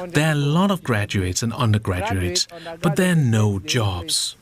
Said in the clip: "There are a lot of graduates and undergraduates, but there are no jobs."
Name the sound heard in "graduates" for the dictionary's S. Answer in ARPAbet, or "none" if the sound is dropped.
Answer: S